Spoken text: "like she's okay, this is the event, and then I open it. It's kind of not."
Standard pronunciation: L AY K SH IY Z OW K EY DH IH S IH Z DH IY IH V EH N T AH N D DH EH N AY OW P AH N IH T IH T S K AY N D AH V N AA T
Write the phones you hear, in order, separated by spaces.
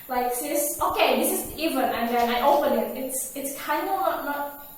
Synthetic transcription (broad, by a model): L AY K S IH S OW K EY DH IH S IH Z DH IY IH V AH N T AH N DH EH N AY OW P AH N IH T IH T S K AY N D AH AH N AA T